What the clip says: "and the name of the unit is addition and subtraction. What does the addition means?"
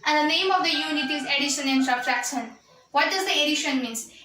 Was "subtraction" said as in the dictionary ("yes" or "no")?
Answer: no